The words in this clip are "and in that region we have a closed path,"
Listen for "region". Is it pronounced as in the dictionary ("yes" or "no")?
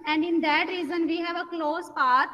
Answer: no